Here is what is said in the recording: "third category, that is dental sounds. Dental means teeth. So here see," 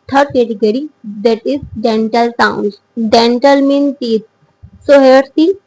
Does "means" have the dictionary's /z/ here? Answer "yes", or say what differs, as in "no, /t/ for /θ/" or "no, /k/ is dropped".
no, /z/ is dropped